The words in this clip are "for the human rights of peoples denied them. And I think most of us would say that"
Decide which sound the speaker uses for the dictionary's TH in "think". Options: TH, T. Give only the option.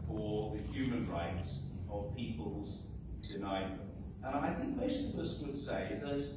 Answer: TH